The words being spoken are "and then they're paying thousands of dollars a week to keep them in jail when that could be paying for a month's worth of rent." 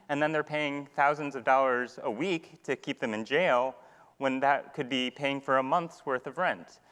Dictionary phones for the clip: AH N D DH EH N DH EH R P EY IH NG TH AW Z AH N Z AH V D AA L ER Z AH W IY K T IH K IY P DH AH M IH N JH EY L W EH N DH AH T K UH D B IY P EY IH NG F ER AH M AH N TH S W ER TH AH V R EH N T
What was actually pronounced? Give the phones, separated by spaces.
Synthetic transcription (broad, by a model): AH N DH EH N DH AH R P EY IH NG TH AW Z AH N Z AH V D AA L ER Z AH W IY K T IH K IY P DH AH M IH N JH EY L W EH N DH AH T K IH D B IY P EY IH NG F ER AH M AH N TH S W ER TH AH V R EH N T